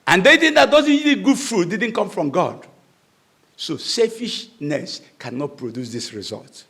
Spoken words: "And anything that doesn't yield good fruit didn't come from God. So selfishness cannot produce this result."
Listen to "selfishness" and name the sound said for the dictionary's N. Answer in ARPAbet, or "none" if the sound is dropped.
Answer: N